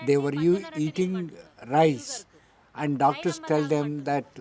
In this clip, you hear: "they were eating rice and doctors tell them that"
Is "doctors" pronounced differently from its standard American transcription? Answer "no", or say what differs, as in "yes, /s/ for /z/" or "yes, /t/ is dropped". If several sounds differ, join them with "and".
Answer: yes, /s/ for /z/